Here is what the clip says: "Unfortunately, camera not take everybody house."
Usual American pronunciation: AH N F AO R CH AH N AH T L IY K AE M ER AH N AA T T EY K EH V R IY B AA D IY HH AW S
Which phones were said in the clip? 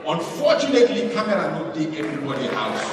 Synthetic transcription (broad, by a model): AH N F AO CH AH N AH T L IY K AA M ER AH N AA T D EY EH V R IY B AA D IY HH AW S